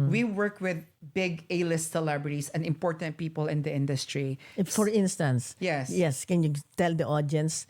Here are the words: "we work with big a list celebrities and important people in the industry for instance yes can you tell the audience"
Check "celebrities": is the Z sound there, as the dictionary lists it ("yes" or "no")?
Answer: no